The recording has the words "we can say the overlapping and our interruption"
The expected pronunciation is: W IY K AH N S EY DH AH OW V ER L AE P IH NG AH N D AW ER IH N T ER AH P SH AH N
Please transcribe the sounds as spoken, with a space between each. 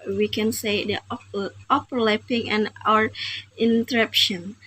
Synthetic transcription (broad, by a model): W IY K AH N S EY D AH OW P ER L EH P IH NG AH N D AW ER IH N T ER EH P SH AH N